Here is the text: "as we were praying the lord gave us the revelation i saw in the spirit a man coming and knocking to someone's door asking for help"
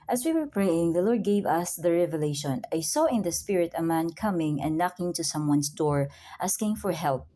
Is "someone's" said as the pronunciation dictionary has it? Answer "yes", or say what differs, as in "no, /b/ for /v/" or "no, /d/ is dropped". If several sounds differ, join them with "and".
no, /s/ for /z/